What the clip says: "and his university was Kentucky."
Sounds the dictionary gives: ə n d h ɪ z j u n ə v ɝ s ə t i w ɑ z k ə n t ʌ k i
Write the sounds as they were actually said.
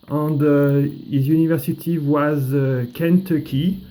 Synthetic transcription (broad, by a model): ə n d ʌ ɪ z j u n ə v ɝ s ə t i w ɑ z k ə n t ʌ k i